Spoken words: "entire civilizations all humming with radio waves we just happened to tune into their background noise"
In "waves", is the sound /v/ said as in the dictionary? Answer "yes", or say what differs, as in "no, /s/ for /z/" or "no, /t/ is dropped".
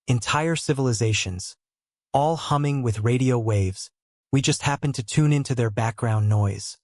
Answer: yes